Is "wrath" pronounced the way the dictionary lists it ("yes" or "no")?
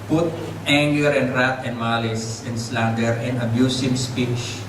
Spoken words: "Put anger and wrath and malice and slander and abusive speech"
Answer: no